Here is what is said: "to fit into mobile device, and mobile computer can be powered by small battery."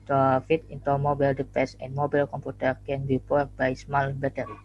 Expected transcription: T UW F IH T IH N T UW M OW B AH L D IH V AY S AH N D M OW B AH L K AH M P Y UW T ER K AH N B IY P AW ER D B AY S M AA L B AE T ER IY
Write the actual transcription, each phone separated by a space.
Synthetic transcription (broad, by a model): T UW F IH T IH N T UW M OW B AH L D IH P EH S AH N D M OW B AH L K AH M P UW T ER K AH N B IY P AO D B AY S M AA L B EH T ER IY